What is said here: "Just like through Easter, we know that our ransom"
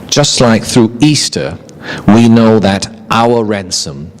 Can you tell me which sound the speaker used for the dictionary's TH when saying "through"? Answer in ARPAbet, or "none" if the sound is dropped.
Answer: TH